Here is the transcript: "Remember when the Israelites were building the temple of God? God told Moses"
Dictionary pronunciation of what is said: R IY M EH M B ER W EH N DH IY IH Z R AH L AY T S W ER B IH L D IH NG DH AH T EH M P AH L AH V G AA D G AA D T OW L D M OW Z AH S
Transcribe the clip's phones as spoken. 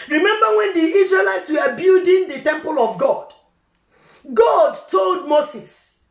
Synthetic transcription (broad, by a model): R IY M EH M B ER W EH N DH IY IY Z R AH L AY T S W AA B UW D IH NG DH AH T EH M P AH L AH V G AA D G AA D T OW L D M OW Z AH S